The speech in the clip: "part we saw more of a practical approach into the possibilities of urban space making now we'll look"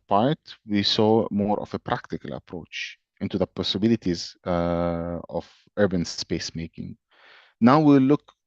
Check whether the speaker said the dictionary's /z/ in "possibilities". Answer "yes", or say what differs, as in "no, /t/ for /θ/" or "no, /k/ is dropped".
yes